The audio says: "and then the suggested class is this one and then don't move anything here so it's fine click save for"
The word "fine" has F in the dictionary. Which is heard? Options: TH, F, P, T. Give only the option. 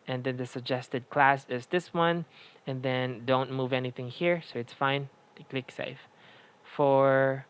F